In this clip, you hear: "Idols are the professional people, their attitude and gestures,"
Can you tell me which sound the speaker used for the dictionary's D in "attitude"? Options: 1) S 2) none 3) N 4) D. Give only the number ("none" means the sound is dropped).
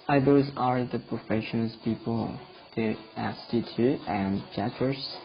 2